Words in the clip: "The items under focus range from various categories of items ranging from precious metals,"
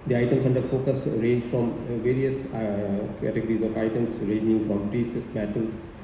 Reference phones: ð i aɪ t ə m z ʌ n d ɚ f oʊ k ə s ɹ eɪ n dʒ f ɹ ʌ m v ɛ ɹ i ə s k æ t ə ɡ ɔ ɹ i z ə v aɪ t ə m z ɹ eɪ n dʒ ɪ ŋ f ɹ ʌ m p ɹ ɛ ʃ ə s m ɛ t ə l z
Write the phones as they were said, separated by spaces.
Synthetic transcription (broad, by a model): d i aɪ t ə m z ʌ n d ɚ f oʊ k ə s ɹ eɪ n dʒ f ɹ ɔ m v ɛ ɹ i ə s k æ t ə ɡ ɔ ɹ i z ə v aɪ t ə m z ɹ eɪ n dʒ ɪ ŋ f ɹ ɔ m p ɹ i s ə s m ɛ t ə l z